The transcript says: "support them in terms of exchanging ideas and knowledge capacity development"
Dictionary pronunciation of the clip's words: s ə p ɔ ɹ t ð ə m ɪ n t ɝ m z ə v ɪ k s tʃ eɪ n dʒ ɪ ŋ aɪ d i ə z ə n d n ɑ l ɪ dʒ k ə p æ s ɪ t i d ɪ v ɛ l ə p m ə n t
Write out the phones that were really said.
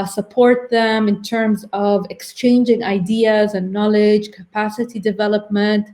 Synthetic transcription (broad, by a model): s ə p ɔ ɹ t ð ə m ɪ n t ɝ m z ə v ɪ k s tʃ eɪ n dʒ ɪ ŋ aɪ d i ə z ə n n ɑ l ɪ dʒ k ə p æ s ɪ t i d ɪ v ɛ l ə p m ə n t